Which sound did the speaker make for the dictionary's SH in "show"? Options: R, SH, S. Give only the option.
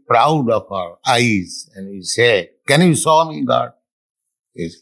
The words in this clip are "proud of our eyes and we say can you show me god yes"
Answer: S